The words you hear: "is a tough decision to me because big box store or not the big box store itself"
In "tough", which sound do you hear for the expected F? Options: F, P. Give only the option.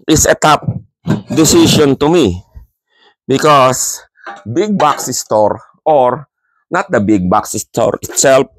P